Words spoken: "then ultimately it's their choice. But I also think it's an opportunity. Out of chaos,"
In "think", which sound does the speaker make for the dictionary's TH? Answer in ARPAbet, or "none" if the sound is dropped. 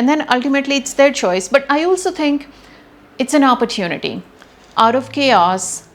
T